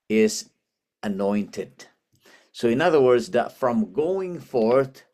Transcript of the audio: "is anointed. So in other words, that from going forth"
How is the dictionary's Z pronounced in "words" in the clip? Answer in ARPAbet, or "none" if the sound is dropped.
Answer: Z